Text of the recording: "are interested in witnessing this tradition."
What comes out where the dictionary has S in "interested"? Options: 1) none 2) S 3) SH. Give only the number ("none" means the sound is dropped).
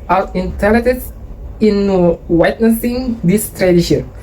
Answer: 1